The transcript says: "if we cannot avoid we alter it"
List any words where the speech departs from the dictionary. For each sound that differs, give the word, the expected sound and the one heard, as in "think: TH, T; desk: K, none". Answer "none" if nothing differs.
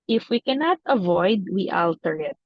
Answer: none